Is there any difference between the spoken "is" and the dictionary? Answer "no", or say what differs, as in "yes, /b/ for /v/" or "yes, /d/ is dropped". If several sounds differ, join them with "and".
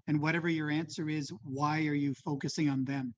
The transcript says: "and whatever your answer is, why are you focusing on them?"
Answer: no